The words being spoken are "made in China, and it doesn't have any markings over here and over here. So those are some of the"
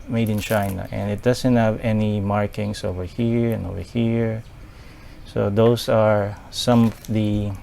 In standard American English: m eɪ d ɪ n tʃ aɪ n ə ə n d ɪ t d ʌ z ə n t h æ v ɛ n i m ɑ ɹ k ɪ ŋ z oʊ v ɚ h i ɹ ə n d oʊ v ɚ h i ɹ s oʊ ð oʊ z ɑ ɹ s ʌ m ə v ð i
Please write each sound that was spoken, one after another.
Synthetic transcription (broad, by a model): m eɪ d ɪ n tʃ aɪ n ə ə n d ɪ t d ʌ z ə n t h æ v ɛ n i m ɑ ɹ k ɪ ŋ s oʊ v ɚ h i ɹ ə n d oʊ v ɚ h i ɹ s oʊ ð oʊ s ɑ ɹ s ʌ m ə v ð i